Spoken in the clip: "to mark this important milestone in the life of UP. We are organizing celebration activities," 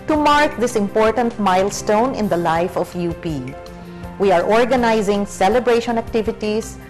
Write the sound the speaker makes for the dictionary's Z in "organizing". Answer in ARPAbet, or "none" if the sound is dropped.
Z